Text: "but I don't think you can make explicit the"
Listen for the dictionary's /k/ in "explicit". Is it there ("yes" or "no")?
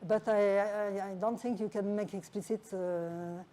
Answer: yes